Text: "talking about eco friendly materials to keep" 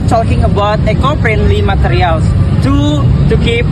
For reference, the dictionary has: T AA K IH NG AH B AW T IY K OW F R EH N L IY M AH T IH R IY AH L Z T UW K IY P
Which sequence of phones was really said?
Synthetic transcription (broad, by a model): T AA K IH NG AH B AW T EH K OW P R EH N L IY M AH T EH R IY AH L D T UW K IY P